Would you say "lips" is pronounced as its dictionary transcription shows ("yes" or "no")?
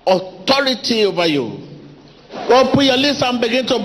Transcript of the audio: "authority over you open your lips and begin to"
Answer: no